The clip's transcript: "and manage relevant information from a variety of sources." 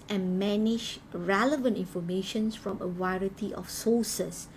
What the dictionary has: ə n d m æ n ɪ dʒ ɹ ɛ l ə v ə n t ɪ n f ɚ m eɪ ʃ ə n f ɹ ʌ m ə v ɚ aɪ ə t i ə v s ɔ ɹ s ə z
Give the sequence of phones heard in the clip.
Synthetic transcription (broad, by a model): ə n m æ n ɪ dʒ ɹ ɛ l ə v ə n t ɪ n f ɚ m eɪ ʃ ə n f ɹ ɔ m ə w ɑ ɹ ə t i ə f s ɔ s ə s